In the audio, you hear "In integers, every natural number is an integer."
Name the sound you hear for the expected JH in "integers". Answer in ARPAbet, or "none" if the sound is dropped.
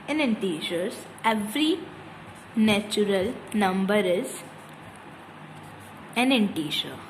SH